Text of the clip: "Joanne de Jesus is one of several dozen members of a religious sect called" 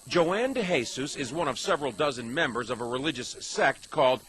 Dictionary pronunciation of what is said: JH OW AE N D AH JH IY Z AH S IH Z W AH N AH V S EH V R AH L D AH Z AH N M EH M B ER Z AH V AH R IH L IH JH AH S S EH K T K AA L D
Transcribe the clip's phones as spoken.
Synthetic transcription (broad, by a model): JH OW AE N D AH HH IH S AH S IH Z W AH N AH V S EH V R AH L D AH Z AH N M EH M B ER Z AH V AH R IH L IH JH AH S S EH K T K AA L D